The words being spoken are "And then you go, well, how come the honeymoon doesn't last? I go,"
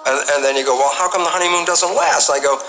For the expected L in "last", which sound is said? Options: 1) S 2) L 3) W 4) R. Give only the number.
3